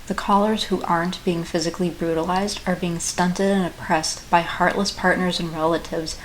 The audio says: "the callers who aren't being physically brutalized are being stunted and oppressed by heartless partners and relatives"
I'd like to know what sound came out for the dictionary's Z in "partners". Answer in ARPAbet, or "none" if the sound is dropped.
Z